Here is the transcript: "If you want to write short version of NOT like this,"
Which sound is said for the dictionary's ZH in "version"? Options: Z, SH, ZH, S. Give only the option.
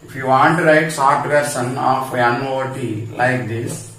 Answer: S